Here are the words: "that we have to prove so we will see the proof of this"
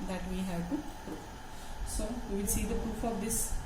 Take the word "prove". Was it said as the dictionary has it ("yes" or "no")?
no